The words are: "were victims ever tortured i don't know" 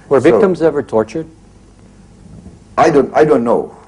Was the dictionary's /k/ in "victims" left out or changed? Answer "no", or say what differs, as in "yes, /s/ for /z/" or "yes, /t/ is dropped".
yes, /k/ is dropped